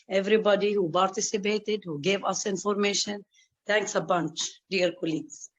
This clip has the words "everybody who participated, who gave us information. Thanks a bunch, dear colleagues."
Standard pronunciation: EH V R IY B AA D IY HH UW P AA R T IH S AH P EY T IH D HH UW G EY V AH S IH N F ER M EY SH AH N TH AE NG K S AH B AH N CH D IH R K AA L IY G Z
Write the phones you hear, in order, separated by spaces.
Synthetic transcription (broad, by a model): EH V R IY B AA D IY HH UW P AA R T IH S AH P EY T IH D HH UW G EY V AH S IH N F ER M EY SH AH N T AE NG K S AH B AH N CH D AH R K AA L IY G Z